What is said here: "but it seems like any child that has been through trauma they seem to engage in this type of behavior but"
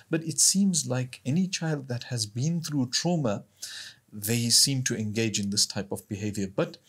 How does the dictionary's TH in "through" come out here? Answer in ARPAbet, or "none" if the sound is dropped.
TH